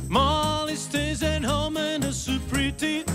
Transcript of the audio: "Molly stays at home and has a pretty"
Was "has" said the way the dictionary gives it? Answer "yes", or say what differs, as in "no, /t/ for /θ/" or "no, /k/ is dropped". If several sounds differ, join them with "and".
no, /s/ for /z/